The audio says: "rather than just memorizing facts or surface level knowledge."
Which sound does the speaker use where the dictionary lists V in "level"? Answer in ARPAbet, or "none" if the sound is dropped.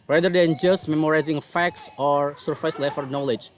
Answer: F